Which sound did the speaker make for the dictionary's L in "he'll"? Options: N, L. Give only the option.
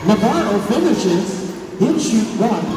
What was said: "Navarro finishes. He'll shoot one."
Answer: N